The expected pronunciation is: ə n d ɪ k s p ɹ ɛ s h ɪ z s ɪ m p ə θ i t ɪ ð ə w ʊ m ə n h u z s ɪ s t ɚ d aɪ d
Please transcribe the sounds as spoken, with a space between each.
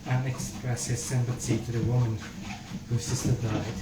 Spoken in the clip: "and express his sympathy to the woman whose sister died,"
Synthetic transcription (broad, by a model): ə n ɪ k s p ɹ ɛ s h ɪ z s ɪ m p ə s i t ɪ ð ə w ʊ m ə n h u s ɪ s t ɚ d aɪ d